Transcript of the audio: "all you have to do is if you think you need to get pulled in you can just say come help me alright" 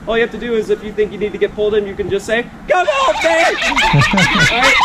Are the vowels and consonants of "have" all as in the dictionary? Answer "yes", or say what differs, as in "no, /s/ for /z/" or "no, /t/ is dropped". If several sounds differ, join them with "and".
no, /f/ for /v/